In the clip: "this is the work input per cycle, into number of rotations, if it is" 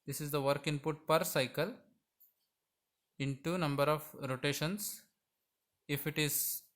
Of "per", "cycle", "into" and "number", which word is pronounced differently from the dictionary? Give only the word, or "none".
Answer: none